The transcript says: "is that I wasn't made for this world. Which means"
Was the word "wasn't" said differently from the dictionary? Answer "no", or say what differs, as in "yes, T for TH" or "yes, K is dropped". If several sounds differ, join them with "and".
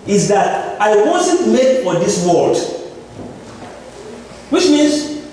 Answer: yes, N is dropped